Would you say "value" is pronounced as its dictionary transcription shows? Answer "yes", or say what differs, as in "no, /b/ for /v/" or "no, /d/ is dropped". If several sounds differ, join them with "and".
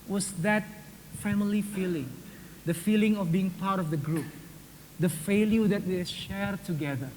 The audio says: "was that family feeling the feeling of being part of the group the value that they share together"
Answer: no, /f/ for /v/